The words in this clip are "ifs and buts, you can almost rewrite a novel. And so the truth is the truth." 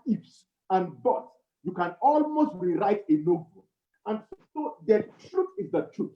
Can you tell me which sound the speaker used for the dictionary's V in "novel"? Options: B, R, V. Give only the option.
B